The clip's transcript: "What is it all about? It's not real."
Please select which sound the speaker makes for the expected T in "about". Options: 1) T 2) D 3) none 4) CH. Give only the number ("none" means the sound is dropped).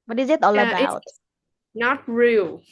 3